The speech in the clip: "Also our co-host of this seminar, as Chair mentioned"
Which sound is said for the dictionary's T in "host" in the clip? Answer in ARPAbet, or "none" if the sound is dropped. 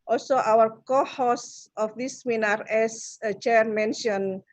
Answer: none